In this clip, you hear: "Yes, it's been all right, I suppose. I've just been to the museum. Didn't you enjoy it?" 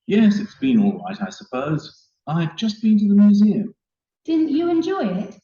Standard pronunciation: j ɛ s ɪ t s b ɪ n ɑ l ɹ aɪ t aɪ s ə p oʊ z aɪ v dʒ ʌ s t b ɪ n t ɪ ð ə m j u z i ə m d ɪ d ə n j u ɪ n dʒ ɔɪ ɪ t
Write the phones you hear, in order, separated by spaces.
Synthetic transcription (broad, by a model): j ɛ s ɪ t s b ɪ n ɑ l ɹ aɪ t aɪ s ə p oʊ z aɪ v dʒ ʌ s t b ɪ n t ɪ ð ə m j u z i ə m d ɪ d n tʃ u ɪ n dʒ ɔɪ ɪ t